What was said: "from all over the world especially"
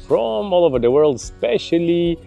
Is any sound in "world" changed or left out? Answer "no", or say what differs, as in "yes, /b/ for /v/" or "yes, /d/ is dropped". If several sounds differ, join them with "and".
no